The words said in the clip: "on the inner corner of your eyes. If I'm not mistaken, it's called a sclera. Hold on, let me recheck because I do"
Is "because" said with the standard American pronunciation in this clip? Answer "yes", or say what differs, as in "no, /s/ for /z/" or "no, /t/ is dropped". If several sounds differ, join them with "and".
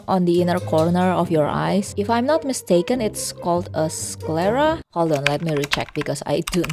no, /s/ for /z/